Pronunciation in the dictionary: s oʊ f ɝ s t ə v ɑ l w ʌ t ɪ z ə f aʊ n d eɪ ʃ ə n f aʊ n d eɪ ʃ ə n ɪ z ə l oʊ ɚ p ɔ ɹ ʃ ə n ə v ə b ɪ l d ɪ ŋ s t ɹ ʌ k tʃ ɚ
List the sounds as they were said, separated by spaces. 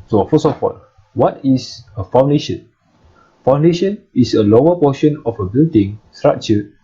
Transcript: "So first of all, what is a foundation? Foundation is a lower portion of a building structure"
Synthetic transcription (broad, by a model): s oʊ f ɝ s ə f ɑ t w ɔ t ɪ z ə f aʊ n d eɪ ʃ ə n f aʊ n d eɪ ʃ ə n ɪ s ə l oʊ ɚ p ɔ ʃ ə n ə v ə b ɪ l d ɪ ŋ s t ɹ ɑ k tʃ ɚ